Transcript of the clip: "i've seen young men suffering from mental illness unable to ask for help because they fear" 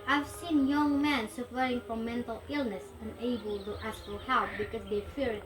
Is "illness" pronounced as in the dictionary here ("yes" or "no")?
yes